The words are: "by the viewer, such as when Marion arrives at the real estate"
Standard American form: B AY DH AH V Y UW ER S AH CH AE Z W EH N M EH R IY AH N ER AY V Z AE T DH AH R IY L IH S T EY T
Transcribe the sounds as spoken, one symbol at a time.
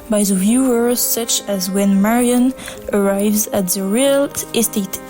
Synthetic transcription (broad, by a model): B AY DH AH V Y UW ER S AH CH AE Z W EH N M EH R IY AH N ER AY V Z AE T DH AH R IY L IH S T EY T